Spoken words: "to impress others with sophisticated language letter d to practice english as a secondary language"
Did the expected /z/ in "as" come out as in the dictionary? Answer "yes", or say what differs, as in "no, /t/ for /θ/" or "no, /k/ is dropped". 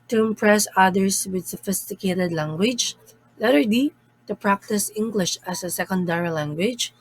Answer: no, /s/ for /z/